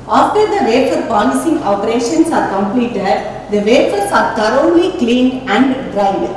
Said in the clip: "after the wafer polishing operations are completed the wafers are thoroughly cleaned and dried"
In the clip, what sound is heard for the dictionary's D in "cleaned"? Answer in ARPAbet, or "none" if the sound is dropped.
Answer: none